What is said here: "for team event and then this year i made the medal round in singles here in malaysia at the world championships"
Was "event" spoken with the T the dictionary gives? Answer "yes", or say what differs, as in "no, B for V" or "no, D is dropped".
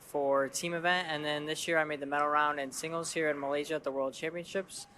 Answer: yes